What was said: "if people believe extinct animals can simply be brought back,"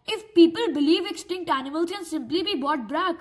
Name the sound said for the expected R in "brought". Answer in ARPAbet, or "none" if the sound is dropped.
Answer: none